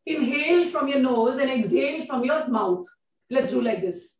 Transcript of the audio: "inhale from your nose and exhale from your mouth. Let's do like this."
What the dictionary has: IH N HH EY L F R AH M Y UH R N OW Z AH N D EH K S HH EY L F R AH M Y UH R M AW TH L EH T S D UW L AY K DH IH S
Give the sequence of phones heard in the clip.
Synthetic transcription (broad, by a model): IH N HH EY L F R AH M Y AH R N OW Z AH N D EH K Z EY L F R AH M Y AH R M AW T L EH T S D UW L AY K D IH S